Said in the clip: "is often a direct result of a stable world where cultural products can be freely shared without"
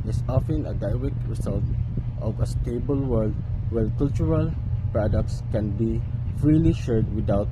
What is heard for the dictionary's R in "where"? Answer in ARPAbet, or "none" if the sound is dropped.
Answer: L